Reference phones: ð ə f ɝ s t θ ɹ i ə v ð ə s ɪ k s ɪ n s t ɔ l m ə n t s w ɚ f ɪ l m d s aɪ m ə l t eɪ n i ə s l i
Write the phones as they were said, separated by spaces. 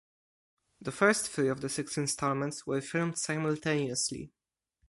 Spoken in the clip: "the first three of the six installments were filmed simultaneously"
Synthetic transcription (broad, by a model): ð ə f ɝ s t f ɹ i ə v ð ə s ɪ k s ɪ n s t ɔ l m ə n t s w ɚ f ɪ l m d s aɪ m ə l t eɪ n i ə s l i